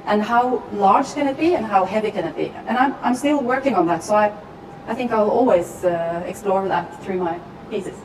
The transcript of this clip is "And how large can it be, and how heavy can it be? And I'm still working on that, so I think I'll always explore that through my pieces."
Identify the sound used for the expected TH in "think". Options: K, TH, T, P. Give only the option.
TH